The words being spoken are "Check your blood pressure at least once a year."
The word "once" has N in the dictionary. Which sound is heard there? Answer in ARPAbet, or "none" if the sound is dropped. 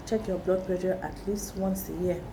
N